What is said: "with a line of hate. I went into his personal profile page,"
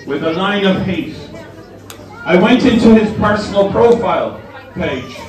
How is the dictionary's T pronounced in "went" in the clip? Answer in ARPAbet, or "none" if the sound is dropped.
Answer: T